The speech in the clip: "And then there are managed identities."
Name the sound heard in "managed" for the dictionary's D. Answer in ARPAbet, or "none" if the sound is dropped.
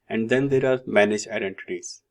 none